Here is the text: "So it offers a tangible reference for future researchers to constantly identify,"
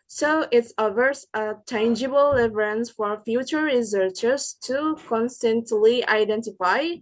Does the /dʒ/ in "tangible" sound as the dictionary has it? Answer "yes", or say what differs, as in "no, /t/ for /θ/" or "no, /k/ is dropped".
yes